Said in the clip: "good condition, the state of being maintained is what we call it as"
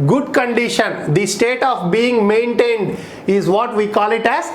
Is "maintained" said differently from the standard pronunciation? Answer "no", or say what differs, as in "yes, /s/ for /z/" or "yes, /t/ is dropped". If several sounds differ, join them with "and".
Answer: no